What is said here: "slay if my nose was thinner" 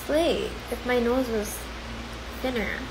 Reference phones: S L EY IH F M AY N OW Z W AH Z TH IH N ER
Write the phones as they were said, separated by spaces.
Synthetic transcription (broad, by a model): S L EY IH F M AY N OW Z W AH Z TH IH N ER